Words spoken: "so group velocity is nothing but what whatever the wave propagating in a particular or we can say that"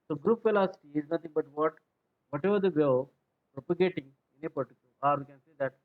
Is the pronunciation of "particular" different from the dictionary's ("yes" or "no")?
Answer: yes